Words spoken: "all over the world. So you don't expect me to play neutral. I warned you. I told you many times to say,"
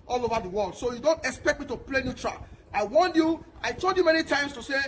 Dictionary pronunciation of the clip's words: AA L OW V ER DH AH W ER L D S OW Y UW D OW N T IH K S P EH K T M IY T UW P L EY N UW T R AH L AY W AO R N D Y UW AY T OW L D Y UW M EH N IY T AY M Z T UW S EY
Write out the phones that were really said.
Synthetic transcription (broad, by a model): AA L OW V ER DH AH W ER L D S OW Y UW D OW N T IH K S P EH K T M IY T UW P L EY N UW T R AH AY W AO N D Y UW AY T OW D Y UW M EH N IY T AY M S T UW S EY